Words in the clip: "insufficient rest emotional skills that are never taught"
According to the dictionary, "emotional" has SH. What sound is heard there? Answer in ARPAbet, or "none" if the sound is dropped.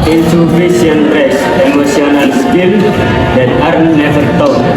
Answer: S